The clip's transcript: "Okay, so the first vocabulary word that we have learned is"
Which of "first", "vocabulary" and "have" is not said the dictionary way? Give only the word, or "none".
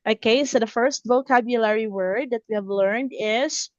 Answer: none